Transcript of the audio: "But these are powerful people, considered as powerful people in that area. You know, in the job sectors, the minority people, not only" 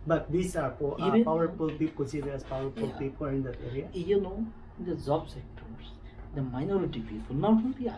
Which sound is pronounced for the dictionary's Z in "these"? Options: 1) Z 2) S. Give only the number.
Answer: 2